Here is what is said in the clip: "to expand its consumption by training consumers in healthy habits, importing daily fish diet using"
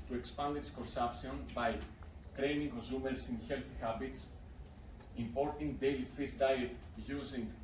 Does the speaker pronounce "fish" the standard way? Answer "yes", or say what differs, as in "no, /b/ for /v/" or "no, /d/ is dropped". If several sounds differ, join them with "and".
no, /s/ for /ʃ/